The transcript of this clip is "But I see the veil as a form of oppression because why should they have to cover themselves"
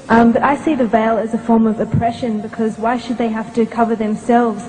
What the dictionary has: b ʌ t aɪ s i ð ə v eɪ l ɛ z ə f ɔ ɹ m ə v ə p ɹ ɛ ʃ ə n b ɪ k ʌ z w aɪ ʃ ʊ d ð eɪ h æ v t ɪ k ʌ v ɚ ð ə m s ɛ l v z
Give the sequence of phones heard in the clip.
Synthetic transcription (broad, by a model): b ʌ t aɪ s i ð ə v eɪ l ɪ z ə f ɔ ɹ m ə v ə p ɹ ɛ ʃ ə n b ɪ k ʌ z w aɪ ʃ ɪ d ð eɪ h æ f t ɪ k ʌ v ɚ ð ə m s ɛ l v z